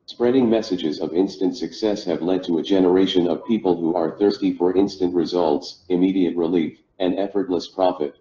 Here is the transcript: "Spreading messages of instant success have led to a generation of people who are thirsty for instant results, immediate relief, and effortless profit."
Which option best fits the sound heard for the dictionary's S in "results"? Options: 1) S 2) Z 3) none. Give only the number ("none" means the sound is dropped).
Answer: 1